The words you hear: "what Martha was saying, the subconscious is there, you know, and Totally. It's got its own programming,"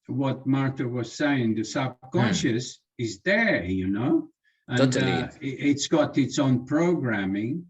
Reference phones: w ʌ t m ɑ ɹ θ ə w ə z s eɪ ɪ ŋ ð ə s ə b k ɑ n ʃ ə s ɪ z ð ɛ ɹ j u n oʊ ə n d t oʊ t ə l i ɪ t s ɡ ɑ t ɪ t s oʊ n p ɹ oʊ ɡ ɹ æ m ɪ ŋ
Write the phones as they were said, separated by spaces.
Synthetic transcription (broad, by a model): w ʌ t m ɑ ɹ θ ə w ə z s eɪ ɪ ŋ ð ə s ə b k ɑ n ʃ ə s ɪ z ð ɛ ɹ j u n oʊ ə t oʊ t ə n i ɪ t s ɡ ɑ t ɪ t s oʊ n p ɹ oʊ ɡ ɹ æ m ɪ ŋ